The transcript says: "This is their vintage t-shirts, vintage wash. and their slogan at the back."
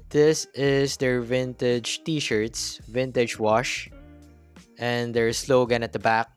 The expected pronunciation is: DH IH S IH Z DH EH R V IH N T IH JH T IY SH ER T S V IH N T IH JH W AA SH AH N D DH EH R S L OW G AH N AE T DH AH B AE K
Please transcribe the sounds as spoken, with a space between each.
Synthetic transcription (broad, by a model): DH IH S IH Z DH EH R V IH N T IH JH T IY SH ER T S V IH N T IH JH W AA SH AH N D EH R S L OW G AH N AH T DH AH B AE K